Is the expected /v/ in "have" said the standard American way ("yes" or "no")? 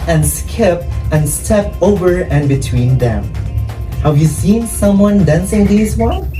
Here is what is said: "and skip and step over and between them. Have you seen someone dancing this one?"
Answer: yes